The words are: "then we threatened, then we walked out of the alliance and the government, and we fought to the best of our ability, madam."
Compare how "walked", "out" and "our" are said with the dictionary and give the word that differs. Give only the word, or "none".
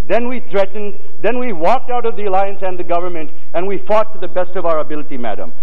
none